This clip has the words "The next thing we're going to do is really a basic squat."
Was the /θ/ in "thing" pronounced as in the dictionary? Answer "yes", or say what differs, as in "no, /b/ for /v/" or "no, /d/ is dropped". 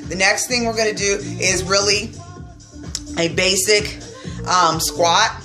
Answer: yes